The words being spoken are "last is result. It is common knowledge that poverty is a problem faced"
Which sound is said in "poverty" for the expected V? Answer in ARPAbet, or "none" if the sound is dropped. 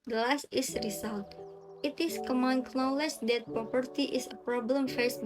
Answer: P